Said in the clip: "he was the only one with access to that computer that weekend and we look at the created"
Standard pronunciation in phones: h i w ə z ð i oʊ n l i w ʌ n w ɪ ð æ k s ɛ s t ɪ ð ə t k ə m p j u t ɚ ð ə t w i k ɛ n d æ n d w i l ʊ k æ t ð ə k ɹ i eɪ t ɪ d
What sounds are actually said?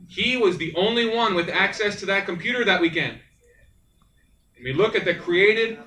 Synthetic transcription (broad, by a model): h i w ə z ð i oʊ n l i w ʌ n w ɪ ð æ k s ɛ s t ɪ ð ə t k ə m p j u t ɚ ð ə t w i k ɛ n d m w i l ʊ k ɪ t ð ə k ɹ i eɪ t ɪ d